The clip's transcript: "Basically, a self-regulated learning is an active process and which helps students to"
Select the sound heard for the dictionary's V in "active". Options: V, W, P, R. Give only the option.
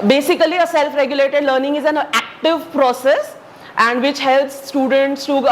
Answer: V